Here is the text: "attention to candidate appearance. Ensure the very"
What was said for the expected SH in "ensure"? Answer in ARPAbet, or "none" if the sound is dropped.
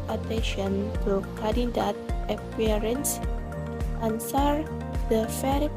S